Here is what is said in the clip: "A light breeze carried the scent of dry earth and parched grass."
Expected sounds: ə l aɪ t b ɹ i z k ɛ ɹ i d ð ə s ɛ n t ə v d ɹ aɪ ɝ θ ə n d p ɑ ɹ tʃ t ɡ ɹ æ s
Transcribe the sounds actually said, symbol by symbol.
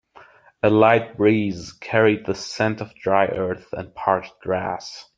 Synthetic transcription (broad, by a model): ə l aɪ t b ɹ i z k ɛ ɹ i d ð ə s ɛ n t ə v d ɹ aɪ ɝ θ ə n p ɑ ɹ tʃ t ɡ ɹ æ s